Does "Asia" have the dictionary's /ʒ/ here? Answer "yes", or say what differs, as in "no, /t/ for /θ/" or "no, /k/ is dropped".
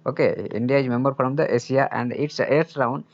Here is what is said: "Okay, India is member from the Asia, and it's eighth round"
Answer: no, /s/ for /ʒ/